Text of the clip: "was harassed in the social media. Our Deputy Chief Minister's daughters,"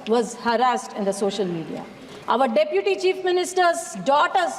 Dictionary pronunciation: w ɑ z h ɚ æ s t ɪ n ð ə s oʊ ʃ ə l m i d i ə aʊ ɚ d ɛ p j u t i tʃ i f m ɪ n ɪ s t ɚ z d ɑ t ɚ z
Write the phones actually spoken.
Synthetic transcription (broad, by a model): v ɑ z h ɚ æ s t ɪ n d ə s oʊ ʃ ə l m i d i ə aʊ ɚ d ɛ p j u t i tʃ i f m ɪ n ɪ s t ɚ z d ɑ t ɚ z